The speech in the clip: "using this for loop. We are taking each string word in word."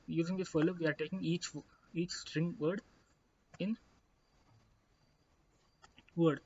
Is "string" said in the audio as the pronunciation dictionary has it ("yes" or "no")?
yes